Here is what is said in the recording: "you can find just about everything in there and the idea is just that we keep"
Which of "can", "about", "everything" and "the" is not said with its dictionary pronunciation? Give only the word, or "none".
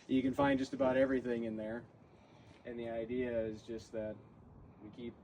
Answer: none